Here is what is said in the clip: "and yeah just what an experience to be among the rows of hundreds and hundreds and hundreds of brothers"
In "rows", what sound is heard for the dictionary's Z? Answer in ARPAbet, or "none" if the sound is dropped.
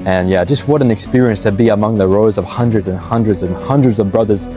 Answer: Z